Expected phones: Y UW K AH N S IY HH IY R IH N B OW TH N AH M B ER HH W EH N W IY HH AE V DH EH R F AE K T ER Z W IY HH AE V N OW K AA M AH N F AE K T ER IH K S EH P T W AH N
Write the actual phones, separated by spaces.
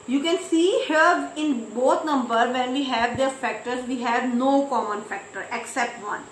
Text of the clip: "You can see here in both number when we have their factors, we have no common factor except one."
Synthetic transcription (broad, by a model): Y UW K AH N S IY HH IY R IH N B OW T N AH M B ER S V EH N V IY HH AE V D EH R F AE K T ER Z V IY HH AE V N OW K AA M AH N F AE K T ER IH K S EH P T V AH N